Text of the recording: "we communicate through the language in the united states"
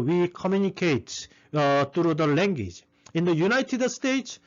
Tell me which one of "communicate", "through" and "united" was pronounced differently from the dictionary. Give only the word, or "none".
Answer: through